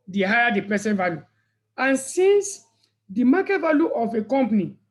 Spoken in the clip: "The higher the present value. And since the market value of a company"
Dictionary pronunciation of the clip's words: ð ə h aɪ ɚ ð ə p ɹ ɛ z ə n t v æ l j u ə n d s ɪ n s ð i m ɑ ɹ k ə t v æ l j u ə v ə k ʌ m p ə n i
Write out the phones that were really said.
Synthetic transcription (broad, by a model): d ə h aɪ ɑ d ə p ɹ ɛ s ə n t v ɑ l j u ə n s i n s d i m ɑ k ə t v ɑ l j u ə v ə k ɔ m p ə n i